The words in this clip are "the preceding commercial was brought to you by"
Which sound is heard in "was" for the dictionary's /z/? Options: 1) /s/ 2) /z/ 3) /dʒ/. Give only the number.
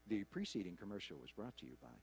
2